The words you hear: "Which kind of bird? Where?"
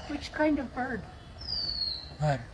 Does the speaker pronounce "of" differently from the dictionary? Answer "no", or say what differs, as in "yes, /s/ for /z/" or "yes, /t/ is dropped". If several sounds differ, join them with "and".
no